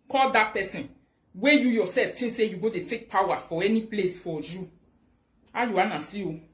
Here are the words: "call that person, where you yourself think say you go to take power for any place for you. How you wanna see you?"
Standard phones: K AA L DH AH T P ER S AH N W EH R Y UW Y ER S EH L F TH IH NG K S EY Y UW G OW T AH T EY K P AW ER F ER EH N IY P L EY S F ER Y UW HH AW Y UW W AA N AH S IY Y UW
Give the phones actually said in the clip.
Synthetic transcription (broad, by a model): K AA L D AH T P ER S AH N W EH Y UW Y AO S EH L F T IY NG S EY Y UW G OW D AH T EY K P AW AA F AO EH N IY P L EY S F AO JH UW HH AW Y UW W AA N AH S IY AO